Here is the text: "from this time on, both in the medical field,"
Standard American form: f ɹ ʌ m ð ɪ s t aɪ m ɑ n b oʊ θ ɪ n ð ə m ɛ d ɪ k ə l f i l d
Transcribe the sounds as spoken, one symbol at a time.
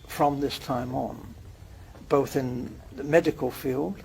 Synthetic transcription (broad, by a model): f ɹ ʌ m ð ɪ s t aɪ m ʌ n b oʊ θ ɪ n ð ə m ɛ d ɪ k ə l f i l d